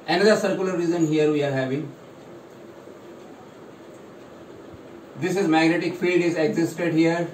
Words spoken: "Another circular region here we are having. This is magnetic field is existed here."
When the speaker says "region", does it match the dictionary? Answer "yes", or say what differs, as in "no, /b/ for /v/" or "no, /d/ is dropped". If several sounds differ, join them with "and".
no, /z/ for /dʒ/